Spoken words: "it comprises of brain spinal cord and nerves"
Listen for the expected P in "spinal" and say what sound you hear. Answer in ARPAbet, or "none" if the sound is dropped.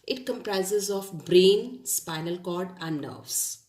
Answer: P